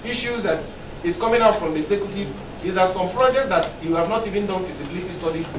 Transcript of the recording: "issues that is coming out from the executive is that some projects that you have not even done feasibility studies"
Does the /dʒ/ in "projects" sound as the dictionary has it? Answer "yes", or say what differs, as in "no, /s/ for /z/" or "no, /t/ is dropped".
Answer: yes